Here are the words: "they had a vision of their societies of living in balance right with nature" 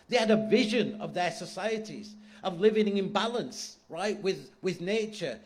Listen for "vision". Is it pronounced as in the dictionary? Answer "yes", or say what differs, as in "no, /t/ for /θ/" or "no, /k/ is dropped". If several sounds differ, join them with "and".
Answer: yes